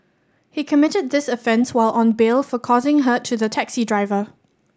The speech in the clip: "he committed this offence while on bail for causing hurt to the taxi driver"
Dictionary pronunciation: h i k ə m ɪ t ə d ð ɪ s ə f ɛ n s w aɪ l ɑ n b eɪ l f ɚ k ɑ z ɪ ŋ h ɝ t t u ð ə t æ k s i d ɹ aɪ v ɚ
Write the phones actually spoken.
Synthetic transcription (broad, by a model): h i k ə m ɪ t ə d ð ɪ s ə f ɛ n s w aɪ l ɑ n b eɪ l f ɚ k ɑ z ɪ ŋ h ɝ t t u ð ə t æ k s i d ɹ aɪ v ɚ